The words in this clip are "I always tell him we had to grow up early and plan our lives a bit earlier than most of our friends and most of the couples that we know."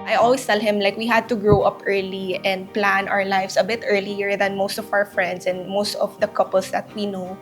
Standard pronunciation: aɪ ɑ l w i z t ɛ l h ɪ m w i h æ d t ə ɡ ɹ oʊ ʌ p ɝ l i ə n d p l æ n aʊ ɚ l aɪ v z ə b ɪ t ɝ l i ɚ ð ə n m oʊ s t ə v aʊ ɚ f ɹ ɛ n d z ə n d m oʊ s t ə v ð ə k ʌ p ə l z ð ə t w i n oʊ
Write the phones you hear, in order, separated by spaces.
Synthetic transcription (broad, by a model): aɪ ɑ l w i s t ɛ l h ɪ m w i h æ d t ə ɡ ɹ oʊ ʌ p ɝ l i ə n d p l æ n aʊ ɚ l aɪ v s ə b ɪ t ɝ l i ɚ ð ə n m oʊ s t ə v aʊ ɚ f ɹ ɛ n d s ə n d m oʊ s t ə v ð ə k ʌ p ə l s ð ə t w i n oʊ